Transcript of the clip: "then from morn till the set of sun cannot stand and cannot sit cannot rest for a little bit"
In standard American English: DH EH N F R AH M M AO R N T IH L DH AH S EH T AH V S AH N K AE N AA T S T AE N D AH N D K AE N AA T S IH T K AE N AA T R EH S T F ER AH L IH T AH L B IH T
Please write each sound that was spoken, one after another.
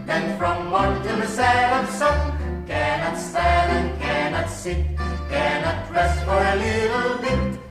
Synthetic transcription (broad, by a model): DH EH N F R AH M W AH N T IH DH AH S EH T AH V S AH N K AE N AA T S T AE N AH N K AE N AA T S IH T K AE N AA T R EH S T F ER AH L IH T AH L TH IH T